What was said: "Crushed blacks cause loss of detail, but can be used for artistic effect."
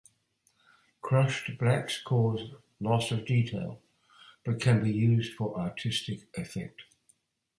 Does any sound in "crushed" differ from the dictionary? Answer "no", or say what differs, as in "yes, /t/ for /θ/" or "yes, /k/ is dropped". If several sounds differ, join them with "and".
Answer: no